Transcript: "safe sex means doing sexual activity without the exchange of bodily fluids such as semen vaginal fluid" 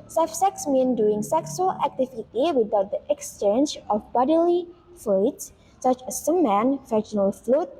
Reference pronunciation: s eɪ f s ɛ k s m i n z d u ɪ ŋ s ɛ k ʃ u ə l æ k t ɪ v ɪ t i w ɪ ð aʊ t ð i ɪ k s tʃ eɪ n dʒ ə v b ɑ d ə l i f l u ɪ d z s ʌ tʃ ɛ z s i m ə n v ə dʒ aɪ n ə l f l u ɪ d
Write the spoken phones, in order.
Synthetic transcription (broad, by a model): s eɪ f s ɛ k s m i n d u ɪ ŋ s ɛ k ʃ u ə l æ k t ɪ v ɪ t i w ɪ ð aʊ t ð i ɪ k s tʃ eɪ n dʒ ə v b ɑ d ə l i f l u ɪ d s s ʌ tʃ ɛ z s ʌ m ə n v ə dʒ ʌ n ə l f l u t